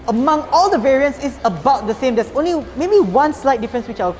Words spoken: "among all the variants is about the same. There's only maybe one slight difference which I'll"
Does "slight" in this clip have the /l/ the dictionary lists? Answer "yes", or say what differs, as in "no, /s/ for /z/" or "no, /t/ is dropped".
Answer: yes